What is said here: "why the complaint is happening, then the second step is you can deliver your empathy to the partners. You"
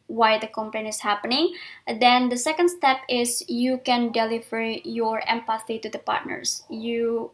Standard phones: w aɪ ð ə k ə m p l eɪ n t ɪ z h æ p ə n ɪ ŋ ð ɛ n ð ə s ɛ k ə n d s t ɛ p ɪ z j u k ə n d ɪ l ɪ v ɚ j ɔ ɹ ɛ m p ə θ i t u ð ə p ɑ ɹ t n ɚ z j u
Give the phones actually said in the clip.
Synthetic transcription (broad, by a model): w aɪ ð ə k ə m p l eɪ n ɪ s h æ p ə n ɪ ŋ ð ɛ n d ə s ɛ k ə n d s t ɛ p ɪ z j u k ə n d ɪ l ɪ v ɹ j ɔ ɹ ɛ m p ə θ i t u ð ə p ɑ ɹ t n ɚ s j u